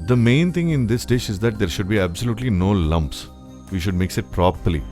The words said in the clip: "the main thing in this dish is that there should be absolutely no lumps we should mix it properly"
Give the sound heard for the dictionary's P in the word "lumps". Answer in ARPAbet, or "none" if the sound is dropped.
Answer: P